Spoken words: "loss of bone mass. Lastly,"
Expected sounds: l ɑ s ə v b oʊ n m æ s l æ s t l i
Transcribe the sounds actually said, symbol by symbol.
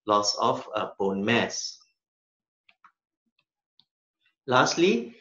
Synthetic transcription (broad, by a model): l ɑ s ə f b oʊ n m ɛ s l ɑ s t l i